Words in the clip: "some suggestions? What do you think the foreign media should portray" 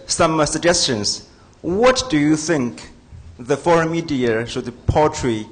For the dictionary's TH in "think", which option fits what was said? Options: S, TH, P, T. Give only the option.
TH